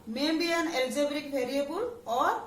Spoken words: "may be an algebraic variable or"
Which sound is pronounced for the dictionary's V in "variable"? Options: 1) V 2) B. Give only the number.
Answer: 2